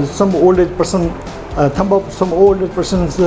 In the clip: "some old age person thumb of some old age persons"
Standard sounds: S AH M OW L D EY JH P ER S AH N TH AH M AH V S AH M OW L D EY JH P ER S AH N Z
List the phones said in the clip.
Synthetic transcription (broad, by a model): S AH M OW L D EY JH P ER S AH N T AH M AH P S AH M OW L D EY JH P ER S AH N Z